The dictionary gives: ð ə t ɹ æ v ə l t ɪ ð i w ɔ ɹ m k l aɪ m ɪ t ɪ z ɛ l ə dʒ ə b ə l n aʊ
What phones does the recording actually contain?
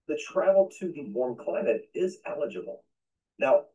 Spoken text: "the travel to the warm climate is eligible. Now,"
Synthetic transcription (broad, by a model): ð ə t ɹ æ ə l t ɪ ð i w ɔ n k l aɪ m ɪ t ɪ z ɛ l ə dʒ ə b l n aʊ